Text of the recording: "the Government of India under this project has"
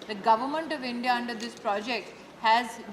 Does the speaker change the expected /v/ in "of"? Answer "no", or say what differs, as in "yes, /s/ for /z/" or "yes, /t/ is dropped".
no